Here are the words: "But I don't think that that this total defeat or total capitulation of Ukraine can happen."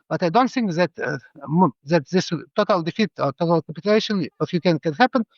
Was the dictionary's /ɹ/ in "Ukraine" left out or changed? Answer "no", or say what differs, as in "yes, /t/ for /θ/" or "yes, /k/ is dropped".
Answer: yes, /ɹ/ is dropped